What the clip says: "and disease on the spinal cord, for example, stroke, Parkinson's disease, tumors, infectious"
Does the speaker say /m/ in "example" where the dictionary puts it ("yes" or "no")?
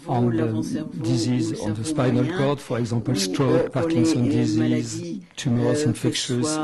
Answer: no